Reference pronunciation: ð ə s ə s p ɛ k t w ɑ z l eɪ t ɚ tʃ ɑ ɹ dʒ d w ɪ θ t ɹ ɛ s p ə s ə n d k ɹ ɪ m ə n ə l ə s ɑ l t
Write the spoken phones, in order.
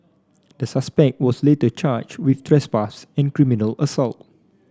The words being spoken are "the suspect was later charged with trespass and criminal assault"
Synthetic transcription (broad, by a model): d ə s ə s p ɛ k t w ɑ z l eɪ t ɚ tʃ ɑ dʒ w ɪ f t ɹ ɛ s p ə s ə n k ɹ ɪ m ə n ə l ə s ɑ l t